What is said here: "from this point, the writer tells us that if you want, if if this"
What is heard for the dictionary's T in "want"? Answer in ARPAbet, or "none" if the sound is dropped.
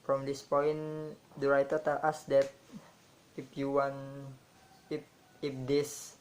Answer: none